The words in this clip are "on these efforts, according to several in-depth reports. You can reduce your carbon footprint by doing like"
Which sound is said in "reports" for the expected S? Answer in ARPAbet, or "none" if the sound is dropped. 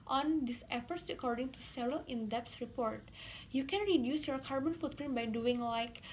none